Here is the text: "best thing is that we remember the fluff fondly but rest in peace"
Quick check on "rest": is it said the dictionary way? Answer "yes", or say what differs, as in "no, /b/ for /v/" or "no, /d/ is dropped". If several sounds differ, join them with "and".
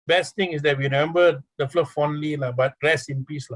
no, /t/ is dropped